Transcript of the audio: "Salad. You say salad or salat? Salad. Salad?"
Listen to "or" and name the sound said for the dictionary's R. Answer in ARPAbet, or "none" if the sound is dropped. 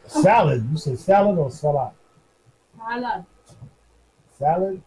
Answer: L